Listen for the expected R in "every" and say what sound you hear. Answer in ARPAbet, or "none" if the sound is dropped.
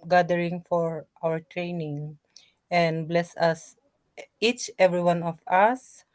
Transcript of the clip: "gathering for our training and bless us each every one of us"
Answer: R